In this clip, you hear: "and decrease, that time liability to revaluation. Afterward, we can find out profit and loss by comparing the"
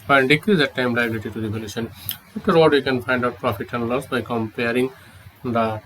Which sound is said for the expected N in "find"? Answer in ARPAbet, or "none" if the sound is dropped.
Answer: N